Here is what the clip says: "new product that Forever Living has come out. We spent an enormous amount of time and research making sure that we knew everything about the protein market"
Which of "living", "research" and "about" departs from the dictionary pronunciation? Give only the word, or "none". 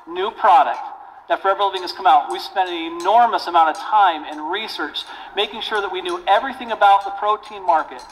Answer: none